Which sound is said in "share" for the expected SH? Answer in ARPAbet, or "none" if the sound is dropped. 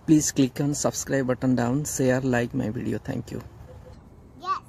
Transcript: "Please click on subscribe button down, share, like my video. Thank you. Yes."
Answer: S